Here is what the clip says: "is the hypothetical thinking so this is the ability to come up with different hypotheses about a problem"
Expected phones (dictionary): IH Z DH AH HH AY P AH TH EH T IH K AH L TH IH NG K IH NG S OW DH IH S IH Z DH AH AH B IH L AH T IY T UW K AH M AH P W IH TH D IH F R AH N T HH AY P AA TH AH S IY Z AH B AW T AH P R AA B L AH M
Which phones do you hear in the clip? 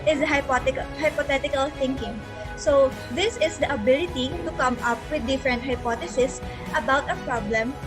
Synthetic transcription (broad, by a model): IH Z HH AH HH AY P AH T EH T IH K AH L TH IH NG K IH NG S OW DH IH S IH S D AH AH B IH L AH T IY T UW K AH M AH P W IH D IH F R AH N T HH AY P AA T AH S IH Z AH B AW T AH P R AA B L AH M